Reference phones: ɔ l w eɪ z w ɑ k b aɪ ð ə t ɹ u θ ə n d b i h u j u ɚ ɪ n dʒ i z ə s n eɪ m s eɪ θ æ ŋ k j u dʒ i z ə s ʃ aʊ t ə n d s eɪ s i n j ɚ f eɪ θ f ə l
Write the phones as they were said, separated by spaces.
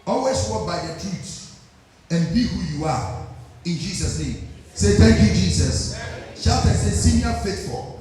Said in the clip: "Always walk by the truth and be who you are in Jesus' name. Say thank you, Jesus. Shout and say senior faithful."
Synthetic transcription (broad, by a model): ɔ l w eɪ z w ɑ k b aɪ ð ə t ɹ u t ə n b i h u j u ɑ ɪ n dʒ i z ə s n eɪ m s eɪ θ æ ŋ k j u dʒ i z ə s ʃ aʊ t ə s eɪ s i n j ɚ f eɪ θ f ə l